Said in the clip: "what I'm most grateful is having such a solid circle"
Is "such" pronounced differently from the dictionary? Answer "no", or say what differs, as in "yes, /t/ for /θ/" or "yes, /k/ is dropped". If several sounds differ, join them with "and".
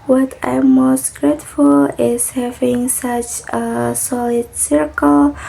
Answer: no